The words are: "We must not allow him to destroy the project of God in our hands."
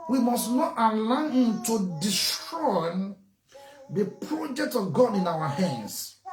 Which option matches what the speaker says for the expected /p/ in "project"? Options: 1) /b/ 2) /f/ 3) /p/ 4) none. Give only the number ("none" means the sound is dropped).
3